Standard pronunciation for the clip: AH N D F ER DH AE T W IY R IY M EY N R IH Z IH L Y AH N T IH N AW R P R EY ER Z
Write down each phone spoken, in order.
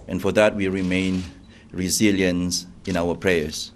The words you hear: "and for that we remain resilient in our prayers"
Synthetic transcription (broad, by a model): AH N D F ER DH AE T W IY R IY M EY N R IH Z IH L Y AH N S IH N AW W P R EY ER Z